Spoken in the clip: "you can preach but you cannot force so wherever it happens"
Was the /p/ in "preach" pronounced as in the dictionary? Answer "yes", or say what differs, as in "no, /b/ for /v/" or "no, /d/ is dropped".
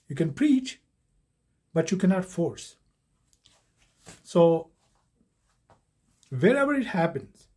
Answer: yes